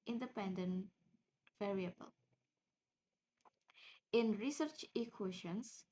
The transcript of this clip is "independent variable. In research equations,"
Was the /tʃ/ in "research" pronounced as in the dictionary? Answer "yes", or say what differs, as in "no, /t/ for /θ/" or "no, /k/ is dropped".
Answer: yes